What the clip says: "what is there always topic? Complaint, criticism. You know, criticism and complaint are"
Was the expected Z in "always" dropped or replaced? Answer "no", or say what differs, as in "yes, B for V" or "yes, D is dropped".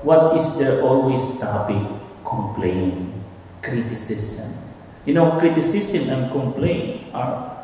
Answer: yes, S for Z